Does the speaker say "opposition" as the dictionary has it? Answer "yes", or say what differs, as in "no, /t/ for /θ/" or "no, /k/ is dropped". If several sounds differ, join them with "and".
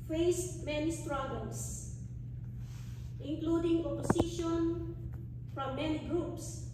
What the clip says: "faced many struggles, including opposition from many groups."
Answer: no, /s/ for /z/